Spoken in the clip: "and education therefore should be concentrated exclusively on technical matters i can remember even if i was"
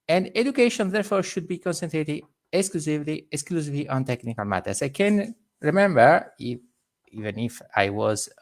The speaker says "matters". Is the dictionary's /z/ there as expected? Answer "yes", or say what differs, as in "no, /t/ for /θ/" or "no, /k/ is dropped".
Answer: no, /s/ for /z/